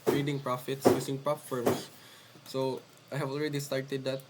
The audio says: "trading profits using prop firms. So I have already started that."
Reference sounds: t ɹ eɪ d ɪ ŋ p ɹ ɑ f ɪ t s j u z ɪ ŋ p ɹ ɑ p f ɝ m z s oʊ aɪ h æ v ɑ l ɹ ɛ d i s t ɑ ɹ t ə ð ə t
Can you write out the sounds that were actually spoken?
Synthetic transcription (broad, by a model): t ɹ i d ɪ ŋ p ɹ ɑ f ɪ t s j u s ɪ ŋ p ɹ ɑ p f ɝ m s s oʊ aɪ h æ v ɑ l ɹ ɛ d i s t ɑ ɹ t ə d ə t